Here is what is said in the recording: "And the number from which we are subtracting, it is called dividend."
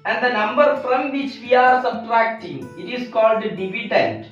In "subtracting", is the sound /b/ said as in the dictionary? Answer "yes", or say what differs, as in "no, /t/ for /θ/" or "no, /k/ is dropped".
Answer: yes